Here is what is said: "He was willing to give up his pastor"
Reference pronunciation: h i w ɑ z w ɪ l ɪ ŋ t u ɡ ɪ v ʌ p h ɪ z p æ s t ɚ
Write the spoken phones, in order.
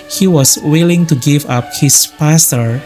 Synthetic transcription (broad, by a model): h i w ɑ s w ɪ l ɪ ŋ t u ɡ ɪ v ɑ p h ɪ s p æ s t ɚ